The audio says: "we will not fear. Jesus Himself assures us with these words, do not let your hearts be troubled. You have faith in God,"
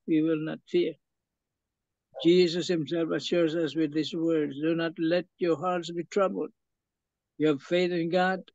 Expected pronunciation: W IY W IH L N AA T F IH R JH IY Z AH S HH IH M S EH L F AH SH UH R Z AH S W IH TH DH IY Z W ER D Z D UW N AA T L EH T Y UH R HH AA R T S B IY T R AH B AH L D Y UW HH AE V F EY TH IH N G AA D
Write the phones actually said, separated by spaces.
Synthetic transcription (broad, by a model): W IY W IH L N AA T F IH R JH IY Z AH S HH IH M S EH L F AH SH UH R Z AH S W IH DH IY S W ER D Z D UW N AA T L EH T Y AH R HH AA R T S B IY T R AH B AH L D Y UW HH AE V F EY TH IH N G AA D